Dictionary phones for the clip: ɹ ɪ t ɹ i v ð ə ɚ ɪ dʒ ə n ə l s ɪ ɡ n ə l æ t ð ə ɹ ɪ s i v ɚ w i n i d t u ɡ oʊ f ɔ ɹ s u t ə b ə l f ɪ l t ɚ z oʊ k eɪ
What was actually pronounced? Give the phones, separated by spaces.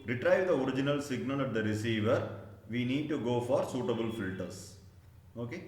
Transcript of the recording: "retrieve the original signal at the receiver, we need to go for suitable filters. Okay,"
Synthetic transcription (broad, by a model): ɹ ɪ t ɹ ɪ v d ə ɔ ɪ dʒ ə n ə l s ɪ ɡ n ə l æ t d ə ɹ ɪ s i v ɚ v i n i d t u ɡ oʊ f ɔ ɹ s u t ə b ə l f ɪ l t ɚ s oʊ k eɪ